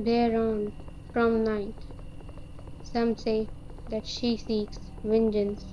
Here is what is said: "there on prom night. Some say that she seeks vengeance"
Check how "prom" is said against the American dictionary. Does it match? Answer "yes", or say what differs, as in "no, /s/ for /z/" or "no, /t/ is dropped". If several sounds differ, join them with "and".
no, /f/ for /p/